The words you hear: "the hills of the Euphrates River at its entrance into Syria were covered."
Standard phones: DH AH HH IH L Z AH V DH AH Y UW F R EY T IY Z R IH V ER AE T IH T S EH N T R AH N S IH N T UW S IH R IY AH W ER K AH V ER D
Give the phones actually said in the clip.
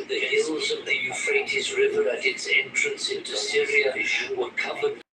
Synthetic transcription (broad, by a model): DH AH HH IH L Z AH V DH AH Y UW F R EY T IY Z R IH V ER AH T IH T S EH N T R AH N S IH N T UW S IH R IY AH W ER K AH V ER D